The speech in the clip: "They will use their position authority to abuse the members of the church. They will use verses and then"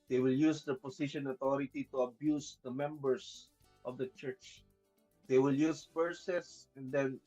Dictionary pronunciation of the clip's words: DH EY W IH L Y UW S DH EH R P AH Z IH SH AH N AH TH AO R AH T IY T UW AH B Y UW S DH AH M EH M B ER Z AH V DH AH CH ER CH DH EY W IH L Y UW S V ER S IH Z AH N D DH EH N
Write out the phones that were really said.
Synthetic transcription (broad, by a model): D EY W IH L Y UW S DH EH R P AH S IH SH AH N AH T AO R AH T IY T UW AH B Y UW S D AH M EH M B ER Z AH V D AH CH ER CH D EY W IH L Y UW S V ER S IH S AH N D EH N